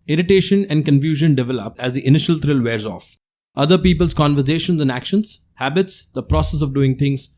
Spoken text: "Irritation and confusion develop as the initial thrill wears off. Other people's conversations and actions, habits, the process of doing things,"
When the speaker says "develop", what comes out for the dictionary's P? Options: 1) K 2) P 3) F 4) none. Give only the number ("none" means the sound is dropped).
2